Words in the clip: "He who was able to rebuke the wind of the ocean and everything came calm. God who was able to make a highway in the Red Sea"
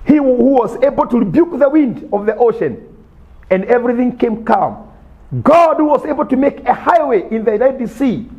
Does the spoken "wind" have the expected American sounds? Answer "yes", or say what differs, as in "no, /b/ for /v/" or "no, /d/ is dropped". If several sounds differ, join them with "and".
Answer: yes